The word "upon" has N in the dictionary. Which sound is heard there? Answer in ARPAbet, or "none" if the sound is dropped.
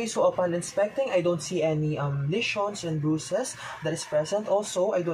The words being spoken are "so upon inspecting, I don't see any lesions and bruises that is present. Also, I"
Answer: L